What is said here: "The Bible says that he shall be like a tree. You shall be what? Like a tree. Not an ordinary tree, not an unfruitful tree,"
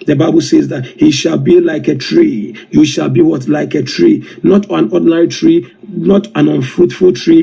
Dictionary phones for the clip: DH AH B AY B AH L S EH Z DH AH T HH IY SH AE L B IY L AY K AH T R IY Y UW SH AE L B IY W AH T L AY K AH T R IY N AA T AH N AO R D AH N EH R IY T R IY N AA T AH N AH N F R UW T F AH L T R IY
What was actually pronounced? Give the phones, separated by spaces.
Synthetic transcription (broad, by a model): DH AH B AY B AH L S EH Z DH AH T HH IY SH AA L B IY L AY K AH T R IY Y UW SH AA L B IY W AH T L AY K AH T R IY N AA T AH N AO D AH N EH R IY T R IY N AA T AH N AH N F UW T F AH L T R IY